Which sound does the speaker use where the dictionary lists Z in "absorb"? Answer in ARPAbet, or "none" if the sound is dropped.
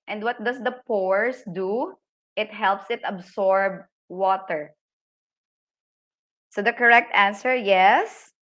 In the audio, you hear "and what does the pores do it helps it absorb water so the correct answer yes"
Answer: S